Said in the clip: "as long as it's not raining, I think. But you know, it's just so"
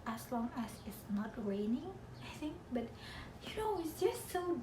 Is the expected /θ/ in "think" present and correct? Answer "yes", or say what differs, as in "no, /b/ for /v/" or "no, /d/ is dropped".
yes